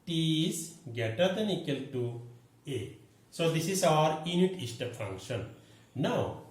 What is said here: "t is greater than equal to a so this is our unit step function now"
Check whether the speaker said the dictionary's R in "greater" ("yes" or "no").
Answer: no